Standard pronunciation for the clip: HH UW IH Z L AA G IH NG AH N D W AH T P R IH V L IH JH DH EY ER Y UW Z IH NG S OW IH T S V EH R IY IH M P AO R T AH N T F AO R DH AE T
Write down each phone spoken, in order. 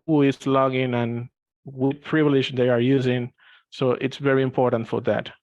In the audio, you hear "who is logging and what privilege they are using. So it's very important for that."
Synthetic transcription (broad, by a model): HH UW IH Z L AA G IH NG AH N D W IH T P R IH V L IH JH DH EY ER Y UW Z IH NG S OW IH T S V EH R IY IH M P AO R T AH N T F AO R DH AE T